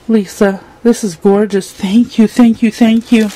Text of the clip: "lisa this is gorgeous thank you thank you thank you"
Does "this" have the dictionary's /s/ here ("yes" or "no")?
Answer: yes